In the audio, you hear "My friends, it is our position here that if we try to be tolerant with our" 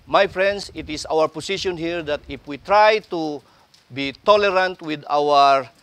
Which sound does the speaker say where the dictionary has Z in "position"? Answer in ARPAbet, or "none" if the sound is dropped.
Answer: S